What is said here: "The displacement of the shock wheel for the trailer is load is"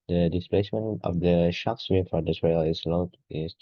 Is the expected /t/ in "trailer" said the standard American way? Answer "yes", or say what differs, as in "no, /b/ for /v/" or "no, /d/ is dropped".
no, /s/ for /t/